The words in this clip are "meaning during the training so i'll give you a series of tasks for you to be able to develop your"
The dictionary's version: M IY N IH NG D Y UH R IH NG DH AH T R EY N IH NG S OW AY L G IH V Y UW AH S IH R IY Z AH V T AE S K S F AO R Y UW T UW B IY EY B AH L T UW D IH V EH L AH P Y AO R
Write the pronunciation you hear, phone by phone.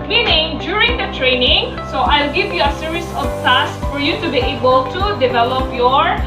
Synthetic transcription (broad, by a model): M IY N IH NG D Y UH R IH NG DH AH T R EY N IH NG S OW AY L G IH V Y UW AH S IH R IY S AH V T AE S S F AO R Y UW T UW B IY EY B AH L T UW D IH V EH L AH P Y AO R